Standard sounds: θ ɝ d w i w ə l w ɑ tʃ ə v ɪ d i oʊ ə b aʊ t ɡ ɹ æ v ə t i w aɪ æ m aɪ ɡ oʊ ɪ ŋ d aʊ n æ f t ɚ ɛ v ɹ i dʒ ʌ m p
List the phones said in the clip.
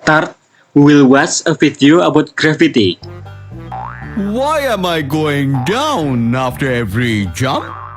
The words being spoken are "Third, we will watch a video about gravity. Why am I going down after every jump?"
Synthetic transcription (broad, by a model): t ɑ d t w ə l w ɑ s ə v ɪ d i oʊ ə b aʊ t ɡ ɹ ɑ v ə t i w aɪ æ m aɪ ɡ oʊ ɪ ŋ d aʊ n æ f t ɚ ɛ v ɹ i dʒ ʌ m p